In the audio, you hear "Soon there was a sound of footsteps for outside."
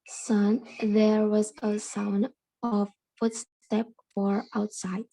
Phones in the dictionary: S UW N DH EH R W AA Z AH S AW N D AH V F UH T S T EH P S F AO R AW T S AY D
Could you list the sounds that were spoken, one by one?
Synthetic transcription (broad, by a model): S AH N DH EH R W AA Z AH S AW N D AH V F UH T S T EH P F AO R AW T S AY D